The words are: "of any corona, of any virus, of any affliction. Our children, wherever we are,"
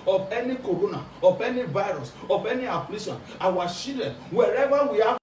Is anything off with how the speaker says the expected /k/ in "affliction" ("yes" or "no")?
yes